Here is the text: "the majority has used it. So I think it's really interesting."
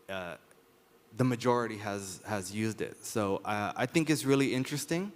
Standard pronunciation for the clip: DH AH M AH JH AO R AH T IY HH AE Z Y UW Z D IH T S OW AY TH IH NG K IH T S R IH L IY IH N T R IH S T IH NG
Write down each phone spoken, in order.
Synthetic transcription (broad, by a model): DH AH M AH JH AO R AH T IY HH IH Z Y UW Z D IH T S OW AY TH IH NG K IH T S R IH L IY IH N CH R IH S T IH NG